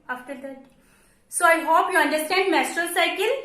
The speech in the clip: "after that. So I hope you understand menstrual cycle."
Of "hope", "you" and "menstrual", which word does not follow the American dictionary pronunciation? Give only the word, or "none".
menstrual